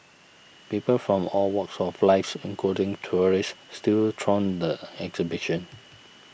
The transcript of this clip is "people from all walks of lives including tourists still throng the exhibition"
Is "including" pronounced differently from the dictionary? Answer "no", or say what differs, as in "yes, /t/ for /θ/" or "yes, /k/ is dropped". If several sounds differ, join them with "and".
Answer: yes, /l/ is dropped